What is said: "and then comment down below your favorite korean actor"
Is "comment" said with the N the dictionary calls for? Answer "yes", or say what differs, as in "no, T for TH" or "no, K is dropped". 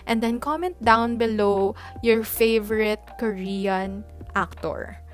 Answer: yes